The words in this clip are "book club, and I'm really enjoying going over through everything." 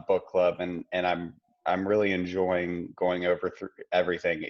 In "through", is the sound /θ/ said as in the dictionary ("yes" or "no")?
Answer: yes